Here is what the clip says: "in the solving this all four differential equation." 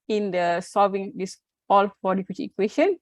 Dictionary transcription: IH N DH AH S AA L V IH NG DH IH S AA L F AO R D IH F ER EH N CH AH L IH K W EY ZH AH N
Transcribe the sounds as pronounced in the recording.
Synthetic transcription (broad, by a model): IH N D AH S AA V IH NG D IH S AA L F AO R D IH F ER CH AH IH K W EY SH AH N